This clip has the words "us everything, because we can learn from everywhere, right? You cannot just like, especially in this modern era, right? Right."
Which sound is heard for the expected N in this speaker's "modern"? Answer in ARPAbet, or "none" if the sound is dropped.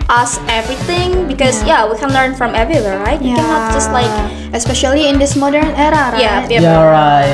N